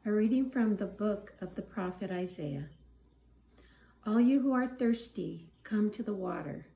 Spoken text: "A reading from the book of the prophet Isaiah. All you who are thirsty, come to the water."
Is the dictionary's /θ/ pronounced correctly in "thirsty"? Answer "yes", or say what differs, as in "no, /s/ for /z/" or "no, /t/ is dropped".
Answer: yes